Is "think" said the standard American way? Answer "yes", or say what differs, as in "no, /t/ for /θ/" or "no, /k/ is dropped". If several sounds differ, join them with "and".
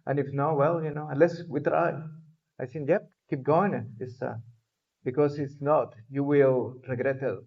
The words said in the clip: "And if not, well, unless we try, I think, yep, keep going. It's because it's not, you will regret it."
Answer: no, /s/ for /θ/